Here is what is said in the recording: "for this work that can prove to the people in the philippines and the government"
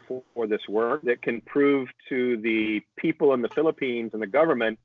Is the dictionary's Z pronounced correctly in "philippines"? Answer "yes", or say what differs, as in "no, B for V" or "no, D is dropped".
yes